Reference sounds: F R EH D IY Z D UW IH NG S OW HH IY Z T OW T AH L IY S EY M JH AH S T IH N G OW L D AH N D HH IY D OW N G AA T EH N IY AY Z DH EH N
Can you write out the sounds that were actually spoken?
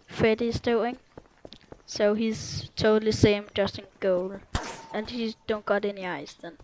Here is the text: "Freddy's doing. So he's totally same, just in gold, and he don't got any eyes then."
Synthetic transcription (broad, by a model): F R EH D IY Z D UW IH NG S OW HH IY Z T OW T L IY S EY M JH AH S T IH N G OW L AH N HH IY D OW N G AA T EH N IY AY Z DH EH N